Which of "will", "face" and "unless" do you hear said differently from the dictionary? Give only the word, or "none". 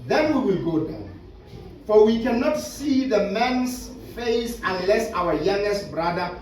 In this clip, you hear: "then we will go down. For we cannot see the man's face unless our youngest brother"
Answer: none